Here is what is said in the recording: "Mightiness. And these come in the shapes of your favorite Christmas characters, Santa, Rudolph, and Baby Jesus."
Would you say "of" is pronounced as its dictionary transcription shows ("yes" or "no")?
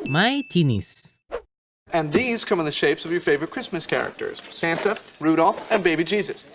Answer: yes